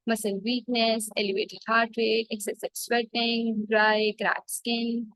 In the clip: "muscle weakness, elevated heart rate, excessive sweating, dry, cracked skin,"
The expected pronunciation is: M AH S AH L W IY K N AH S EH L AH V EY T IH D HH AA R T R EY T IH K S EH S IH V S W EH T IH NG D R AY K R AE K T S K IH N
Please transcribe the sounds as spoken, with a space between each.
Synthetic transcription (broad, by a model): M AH S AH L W IY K N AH S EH L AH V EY T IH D HH AA R T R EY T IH K S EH S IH B S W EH T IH NG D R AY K R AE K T S K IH N